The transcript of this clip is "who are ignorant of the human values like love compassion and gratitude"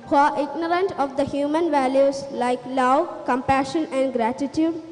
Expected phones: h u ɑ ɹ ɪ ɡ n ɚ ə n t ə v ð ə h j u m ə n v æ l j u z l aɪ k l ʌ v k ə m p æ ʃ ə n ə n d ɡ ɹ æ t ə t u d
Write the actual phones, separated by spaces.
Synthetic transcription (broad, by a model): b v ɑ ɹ ɪ ɡ n ɚ ə n t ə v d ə h j u m ə n v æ l j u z l aɪ k l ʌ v k ə m p æ ʃ ə n ə n d ɡ ɹ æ t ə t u d